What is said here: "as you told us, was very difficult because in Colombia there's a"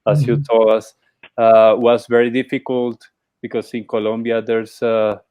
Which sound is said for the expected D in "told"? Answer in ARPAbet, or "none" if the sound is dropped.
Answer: none